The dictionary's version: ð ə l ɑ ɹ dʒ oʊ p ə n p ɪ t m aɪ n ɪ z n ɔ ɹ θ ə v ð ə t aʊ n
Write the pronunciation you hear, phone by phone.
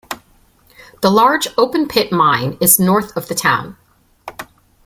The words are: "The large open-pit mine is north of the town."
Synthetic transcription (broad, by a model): ð ə l ɑ ɹ dʒ oʊ p ə n p ɪ t m aɪ n ɪ z n ɔ ɹ θ ə v ð ə t aʊ n